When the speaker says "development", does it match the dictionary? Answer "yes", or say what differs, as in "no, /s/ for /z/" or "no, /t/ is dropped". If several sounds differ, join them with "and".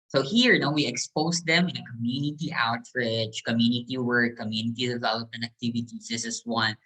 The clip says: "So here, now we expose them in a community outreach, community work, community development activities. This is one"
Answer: no, /m/ is dropped and /t/ is dropped